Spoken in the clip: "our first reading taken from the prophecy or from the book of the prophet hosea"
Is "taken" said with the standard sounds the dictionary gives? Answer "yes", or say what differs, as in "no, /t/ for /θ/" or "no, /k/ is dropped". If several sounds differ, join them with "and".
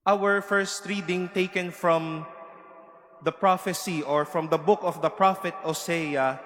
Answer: yes